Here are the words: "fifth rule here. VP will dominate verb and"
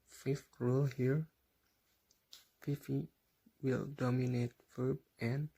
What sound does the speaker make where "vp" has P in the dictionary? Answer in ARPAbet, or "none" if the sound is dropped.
F